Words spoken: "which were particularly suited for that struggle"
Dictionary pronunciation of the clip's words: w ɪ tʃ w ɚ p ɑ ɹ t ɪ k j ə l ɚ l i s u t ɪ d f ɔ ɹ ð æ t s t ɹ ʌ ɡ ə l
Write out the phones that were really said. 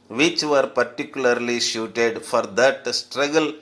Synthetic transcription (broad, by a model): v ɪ tʃ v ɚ p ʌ ɹ t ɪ k j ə l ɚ l i ʃ u t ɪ d f ɔ ɹ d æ t s t ɹ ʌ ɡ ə l